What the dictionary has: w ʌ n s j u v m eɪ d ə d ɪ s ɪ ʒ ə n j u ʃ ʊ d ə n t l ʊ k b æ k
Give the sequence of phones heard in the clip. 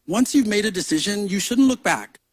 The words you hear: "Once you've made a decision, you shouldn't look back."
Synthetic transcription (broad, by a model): w ʌ n s j u v m eɪ d ə d ɪ s ɪ ʒ ə n j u ʃ ʊ d n t l ʊ k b æ k